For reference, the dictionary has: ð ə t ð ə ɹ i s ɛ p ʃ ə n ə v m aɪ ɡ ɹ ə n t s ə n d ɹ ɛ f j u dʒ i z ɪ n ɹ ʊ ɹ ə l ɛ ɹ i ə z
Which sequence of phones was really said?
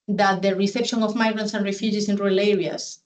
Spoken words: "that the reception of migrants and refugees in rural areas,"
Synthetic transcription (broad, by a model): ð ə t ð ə ɹ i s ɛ p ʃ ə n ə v m aɪ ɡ ɹ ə n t s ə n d ɹ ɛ f j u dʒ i s ɪ n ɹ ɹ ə l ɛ ɹ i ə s